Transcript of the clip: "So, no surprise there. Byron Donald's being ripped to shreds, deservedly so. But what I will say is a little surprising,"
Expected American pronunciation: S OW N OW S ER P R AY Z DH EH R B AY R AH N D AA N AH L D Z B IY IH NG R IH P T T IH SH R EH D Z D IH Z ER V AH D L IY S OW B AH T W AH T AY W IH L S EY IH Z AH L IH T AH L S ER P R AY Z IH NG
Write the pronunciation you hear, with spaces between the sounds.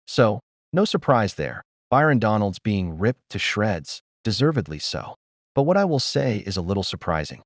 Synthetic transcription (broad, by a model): S OW N OW S ER P R AY Z DH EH R B AY R AH N D AA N L D Z B IY IH NG R IH P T T IH SH R EH D Z D IH Z ER V AH D L IY S OW B AH T W AH T AY W IH L S EY IH Z AH L IH T L S ER P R AY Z IH NG